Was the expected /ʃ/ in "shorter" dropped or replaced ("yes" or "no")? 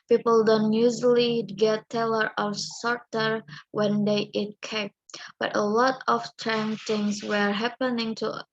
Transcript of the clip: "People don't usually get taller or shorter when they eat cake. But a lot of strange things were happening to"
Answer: yes